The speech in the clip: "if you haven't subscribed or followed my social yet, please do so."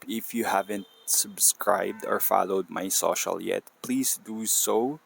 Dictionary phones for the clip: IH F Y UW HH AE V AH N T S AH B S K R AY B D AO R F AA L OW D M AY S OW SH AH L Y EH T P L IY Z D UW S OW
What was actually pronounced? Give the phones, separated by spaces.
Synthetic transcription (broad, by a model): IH F Y UW HH AE V AH N T S AH B S K R AY B D AO R F AA L OW D M AY S OW SH AH L Y EH T P L IY S D UW S OW